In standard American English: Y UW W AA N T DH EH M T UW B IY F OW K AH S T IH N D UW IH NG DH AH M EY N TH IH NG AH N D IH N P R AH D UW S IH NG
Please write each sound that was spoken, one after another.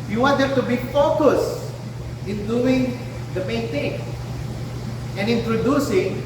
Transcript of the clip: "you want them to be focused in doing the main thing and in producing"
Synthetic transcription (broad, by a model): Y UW W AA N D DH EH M T UW B IY F OW K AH S IH N D UW IH NG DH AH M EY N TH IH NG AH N IH N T R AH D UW S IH NG